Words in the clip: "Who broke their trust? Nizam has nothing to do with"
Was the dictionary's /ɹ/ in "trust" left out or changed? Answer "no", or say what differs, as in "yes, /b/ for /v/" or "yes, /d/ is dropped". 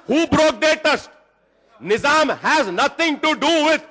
yes, /ɹ/ is dropped